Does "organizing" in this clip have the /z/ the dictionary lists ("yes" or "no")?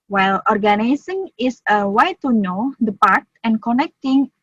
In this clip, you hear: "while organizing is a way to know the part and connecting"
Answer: no